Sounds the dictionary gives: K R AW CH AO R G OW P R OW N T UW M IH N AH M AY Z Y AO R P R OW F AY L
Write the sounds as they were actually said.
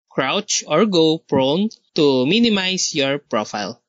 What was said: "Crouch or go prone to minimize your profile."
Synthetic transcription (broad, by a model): K R AW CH AO R G OW P R OW N T UW M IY N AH M AY S Y AO R P R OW F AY L